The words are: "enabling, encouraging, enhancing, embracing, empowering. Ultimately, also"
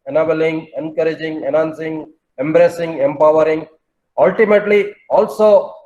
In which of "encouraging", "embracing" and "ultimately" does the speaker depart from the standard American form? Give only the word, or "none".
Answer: none